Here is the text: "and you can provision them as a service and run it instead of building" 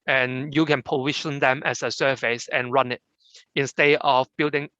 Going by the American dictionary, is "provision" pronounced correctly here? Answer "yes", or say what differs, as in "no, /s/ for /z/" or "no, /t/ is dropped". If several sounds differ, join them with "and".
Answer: no, /ɹ/ is dropped and /ʃ/ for /ʒ/